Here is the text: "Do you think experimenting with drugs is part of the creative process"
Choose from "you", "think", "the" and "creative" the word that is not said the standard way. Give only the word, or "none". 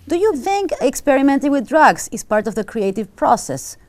none